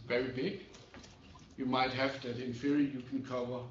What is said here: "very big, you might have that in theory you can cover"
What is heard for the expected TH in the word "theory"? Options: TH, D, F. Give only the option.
F